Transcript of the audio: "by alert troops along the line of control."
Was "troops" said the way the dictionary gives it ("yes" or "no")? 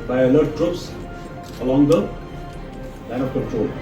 yes